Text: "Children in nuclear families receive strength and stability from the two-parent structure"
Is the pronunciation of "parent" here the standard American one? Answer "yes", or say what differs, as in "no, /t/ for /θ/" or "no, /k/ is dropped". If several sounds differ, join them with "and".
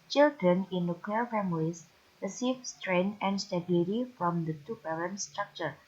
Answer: no, /b/ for /p/